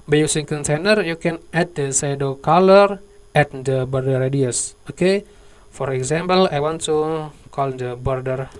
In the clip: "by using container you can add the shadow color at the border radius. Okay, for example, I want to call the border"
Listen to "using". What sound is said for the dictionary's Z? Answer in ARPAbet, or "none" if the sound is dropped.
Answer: S